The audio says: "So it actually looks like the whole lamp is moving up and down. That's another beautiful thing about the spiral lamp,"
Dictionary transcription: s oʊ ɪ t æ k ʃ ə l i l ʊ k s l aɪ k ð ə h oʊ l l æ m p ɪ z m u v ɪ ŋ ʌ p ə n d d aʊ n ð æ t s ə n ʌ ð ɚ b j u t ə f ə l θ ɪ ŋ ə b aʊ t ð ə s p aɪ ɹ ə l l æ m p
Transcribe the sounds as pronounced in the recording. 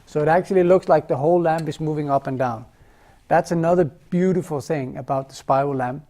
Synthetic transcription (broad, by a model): s oʊ ɪ t æ k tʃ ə l i l ʊ k s l aɪ k ð ə h oʊ l l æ m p ɪ z m u v ɪ ŋ ʌ p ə n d d aʊ n ð æ t s ə n ʌ ð ɚ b j u t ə f l θ ɪ ŋ ə b aʊ t ð ə s p aɪ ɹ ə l l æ m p